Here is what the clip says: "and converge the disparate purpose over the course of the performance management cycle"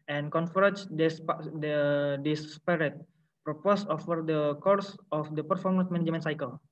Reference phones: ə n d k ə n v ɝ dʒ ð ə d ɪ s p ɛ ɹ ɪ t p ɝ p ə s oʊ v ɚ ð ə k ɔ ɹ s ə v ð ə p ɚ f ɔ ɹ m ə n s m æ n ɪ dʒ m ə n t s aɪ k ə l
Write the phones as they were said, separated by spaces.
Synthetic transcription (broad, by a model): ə n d k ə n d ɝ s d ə d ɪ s p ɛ ɹ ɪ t p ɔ p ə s oʊ f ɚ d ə k ɔ ɹ s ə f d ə p ɚ f ɔ ɹ m ə n s m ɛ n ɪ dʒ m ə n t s aɪ k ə l